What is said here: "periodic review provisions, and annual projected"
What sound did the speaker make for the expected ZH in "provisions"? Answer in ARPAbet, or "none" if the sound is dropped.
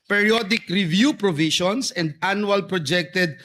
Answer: SH